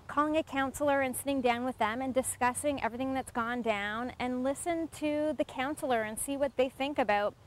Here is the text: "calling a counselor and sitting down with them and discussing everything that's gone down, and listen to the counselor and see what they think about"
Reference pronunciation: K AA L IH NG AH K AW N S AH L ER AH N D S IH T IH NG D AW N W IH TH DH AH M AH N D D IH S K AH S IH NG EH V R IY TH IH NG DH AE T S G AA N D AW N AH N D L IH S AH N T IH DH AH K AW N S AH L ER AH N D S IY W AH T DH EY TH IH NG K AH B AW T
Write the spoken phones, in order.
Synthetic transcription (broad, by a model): K AA L IH NG AH K AW N S L ER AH N S IH T IH NG D AW N W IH DH AH M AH N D D IH S K AH S IH NG EH V R IY TH IH NG DH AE T S G AA N D AW N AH N L IH S AH N T IH DH AH K AW N S L ER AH N S IY W AH T DH EY TH IH NG K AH B AW T